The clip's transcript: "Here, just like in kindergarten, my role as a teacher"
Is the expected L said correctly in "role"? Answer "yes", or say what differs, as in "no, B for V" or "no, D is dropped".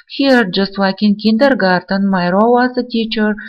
no, W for L